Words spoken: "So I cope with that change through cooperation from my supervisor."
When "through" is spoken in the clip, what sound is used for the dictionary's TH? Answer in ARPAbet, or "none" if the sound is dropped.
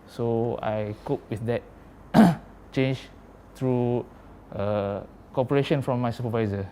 T